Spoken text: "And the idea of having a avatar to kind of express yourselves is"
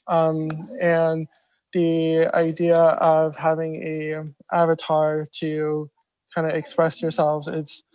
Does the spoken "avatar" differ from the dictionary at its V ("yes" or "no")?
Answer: no